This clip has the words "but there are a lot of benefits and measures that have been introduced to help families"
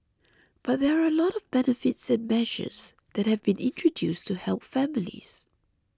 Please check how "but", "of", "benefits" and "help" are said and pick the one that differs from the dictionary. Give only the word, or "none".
none